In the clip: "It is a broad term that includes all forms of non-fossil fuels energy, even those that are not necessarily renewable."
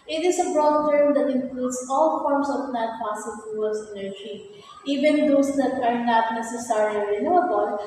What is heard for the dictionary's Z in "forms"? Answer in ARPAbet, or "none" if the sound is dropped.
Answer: S